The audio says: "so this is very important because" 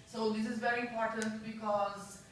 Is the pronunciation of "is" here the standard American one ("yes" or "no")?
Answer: yes